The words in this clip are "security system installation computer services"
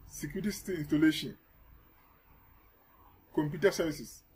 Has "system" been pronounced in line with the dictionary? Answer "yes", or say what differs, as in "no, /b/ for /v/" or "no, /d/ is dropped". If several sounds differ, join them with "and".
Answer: no, /s/ is dropped and /m/ is dropped